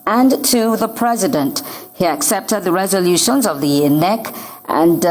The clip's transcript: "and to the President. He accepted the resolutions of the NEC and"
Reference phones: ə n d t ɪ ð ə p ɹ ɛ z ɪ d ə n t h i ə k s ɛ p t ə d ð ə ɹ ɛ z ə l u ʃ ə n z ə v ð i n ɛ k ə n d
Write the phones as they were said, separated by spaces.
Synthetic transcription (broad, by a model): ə n t ɪ ð ə p ɹ ɛ z ɪ d ə n t h i ə k s ɛ p t ə d ð ə ɹ ɛ z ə l u ʃ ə n z ə v ð i n ɛ k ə n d